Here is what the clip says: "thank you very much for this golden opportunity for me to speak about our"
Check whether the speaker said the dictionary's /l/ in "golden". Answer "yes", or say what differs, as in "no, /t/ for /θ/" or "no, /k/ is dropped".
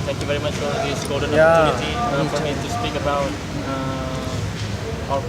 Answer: no, /l/ is dropped